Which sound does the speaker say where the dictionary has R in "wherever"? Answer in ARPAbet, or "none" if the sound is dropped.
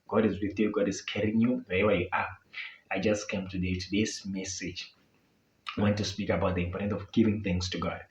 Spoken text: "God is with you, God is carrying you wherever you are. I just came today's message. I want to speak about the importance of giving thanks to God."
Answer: W